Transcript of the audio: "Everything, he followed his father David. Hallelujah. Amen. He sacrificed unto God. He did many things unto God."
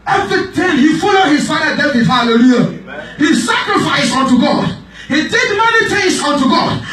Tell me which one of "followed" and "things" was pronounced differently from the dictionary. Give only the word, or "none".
things